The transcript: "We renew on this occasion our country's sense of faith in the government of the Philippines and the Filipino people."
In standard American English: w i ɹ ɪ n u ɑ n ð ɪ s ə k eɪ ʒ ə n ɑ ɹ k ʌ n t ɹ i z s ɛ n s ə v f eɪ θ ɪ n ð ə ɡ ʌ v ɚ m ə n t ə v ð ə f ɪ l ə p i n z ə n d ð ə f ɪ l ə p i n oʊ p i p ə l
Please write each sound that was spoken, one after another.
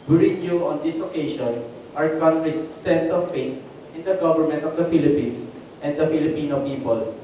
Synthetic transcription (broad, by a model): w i ɹ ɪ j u ɑ n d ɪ s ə k eɪ ʃ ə n ɑ ɹ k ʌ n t ɹ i s ɛ n s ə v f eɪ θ ɪ n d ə ɡ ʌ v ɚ m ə n t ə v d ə f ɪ l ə p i n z ə n d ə f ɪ l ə p i n oʊ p i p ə l